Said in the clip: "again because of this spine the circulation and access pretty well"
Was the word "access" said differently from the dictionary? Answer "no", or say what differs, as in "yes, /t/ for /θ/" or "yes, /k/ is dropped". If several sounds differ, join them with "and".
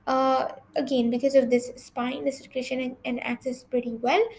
no